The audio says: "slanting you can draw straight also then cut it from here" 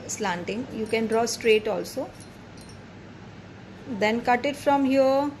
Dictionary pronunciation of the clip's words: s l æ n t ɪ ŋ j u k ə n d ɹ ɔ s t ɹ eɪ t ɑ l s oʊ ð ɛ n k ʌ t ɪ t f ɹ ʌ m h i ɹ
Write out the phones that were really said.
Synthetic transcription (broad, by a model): s l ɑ n t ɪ ŋ j u k ə n d ɹ ɔ s t ɹ eɪ t ɑ l s oʊ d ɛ n k ʌ t ɪ t f ɹ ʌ m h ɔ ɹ